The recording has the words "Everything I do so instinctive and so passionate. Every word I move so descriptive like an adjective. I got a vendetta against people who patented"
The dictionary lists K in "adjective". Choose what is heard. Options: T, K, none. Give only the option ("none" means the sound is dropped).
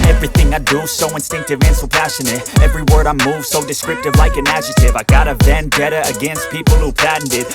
none